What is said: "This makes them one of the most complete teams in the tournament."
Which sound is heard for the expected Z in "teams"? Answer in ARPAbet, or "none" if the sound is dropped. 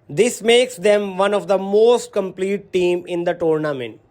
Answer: none